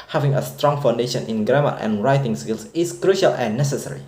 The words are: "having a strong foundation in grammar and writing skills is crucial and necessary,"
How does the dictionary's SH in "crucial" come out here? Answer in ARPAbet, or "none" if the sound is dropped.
SH